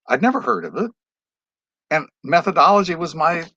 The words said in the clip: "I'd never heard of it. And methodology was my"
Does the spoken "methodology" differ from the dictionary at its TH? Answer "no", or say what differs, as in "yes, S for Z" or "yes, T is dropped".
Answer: no